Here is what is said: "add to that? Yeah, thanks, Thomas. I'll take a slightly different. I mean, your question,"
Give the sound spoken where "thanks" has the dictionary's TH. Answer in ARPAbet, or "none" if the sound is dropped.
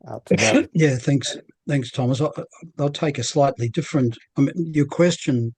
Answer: TH